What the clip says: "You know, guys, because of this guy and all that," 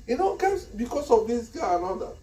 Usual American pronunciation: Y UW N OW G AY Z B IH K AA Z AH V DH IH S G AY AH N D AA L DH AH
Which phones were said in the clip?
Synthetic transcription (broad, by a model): Y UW N OW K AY S B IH K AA S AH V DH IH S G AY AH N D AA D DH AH